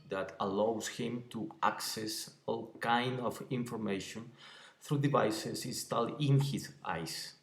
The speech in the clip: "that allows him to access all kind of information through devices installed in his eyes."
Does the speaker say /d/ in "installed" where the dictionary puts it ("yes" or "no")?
no